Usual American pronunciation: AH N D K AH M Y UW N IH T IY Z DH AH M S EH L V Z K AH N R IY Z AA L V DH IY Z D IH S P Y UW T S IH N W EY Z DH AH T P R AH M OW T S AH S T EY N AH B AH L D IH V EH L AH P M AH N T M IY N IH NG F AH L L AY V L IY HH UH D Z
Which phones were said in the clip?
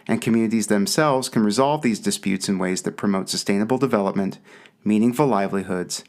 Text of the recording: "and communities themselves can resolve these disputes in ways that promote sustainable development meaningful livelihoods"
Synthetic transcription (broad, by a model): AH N K AH M Y UW N IH T IY Z DH AH M S EH L V Z K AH N R IY Z AA L V DH IY Z D IH S P Y UW T S IH N W EY Z DH AH T P R AH M OW T S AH S T EY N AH B L D IH V EH L AH P M AH N T M IY N IH NG F AH L L AY V L IY HH UH D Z